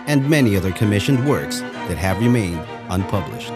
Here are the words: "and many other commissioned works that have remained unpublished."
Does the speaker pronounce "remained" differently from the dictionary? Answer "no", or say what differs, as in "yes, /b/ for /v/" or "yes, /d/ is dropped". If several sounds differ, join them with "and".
no